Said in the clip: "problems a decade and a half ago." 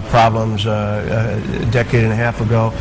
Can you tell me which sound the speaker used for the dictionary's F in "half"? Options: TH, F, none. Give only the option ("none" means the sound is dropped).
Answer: F